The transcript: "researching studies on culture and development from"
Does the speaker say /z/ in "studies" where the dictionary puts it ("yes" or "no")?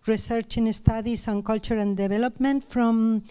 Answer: no